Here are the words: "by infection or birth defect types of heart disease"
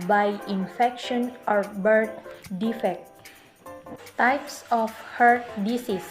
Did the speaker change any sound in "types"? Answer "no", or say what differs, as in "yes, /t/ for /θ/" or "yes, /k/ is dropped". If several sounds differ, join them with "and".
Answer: no